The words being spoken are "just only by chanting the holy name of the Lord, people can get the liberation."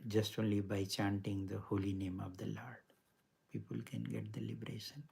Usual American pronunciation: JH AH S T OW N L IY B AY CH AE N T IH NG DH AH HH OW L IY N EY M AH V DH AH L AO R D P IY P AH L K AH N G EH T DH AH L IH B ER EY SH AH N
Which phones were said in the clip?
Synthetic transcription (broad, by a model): JH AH S T OW N L IY B AY CH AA N T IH NG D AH HH OW L IY N EY M AH V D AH L AO R D P IY P AH L K AH N G EH T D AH L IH B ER EY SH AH N